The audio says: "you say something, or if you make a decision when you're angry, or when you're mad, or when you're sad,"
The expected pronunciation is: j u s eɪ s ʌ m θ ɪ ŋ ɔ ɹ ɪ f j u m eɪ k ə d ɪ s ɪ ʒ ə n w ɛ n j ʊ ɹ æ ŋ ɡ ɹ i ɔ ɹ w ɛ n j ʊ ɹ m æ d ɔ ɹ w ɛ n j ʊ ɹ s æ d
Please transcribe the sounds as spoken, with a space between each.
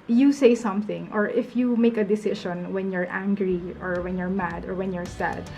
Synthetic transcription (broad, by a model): j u s eɪ s ʌ m θ ɪ ŋ ɔ ɹ ɪ f j u m eɪ k ə d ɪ s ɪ ʃ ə n w ɛ n j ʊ ɹ æ ŋ ɡ ɹ i ɔ ɹ w ɛ n j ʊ ɹ m æ d ɔ ɹ w ɛ n j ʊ ɹ s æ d